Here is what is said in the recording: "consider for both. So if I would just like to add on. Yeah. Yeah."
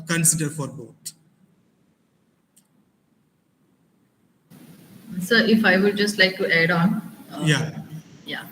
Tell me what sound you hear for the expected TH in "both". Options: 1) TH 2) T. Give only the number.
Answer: 2